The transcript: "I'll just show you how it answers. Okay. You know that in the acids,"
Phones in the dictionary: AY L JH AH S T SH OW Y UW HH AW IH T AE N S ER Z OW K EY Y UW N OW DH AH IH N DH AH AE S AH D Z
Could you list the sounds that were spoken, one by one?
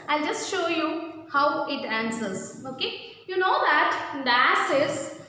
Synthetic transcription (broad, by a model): AY L JH AH S T SH OW Y UW HH AW IH T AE N S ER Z OW K EY Y UW N OW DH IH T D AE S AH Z